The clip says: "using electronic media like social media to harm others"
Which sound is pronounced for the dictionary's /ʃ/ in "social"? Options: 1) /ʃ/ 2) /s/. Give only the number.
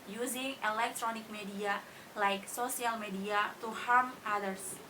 2